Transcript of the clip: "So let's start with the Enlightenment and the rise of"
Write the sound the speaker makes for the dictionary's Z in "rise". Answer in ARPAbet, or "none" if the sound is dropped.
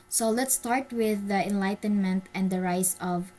S